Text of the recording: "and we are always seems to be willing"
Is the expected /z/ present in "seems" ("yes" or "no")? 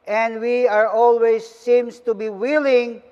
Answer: no